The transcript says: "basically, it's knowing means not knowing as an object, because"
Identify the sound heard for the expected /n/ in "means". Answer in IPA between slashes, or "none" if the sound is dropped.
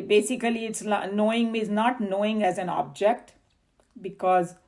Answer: none